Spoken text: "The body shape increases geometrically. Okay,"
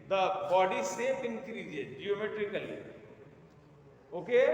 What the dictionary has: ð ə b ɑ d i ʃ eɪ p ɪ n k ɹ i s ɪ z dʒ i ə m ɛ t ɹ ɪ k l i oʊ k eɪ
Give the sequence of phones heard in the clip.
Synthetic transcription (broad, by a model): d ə b ɑ d i s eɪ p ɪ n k ɹ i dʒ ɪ dʒ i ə m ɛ t ɹ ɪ k l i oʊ k eɪ